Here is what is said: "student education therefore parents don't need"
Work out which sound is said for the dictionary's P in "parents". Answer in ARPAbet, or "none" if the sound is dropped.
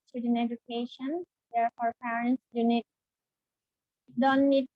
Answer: P